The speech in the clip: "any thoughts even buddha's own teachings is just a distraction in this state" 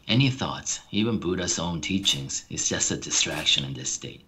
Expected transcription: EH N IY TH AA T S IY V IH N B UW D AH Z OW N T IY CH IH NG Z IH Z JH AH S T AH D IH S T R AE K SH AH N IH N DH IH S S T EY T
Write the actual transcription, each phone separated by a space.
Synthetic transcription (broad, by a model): EH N IY TH AA T S IY V IH N B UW D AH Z OW N T IY CH IH NG Z IH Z JH AH S T AH D IH S T R AE K SH AH N IH N DH IH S S T EY T